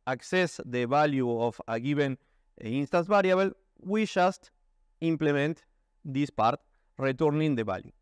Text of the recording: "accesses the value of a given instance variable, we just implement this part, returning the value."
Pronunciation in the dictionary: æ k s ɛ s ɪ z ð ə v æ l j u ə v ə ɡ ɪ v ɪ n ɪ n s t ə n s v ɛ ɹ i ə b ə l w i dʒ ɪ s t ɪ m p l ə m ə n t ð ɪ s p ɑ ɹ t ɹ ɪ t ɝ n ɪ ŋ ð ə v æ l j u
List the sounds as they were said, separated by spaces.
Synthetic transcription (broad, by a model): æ k s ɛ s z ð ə b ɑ l j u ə f ə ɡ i b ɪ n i n s t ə n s b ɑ ɹ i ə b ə l w i ʃ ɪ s t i m p l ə m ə n t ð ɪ s p ɑ ɹ t ɹ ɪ t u n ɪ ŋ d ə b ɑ l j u